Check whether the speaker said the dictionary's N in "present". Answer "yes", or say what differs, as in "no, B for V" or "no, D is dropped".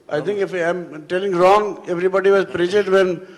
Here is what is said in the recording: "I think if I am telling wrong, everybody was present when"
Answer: no, N is dropped